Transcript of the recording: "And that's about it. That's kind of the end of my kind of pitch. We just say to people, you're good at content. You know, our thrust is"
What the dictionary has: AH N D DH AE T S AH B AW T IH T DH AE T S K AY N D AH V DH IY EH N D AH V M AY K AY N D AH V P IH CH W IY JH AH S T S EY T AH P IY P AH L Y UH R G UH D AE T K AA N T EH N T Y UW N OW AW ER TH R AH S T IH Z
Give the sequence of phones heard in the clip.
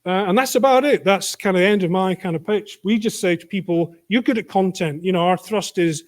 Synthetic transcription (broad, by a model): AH N DH AE T S AH B AW T IH T DH AE T S K AY N D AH DH IY EH N D AH V M AY K AY N D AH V P IH CH W IY JH AH S T S EY T AH P IY P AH L Y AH R G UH D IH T K AA N T EH N T Y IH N OW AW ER TH R AH S T IH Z